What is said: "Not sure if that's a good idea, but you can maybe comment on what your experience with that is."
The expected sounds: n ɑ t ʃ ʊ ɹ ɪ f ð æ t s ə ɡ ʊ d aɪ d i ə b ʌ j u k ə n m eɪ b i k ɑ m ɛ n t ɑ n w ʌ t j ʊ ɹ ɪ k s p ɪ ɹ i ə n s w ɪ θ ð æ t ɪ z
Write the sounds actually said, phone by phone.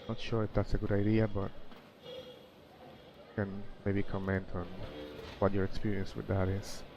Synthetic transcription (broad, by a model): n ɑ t ʃ ʊ ɹ ɪ f ð æ t s ə ɡ ʊ d aɪ d i ə b ʌ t k ə n m eɪ b i k ɑ m ɛ n t n w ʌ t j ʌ ɹ ɪ k s p ɪ ɹ i ə n s w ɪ ð æ t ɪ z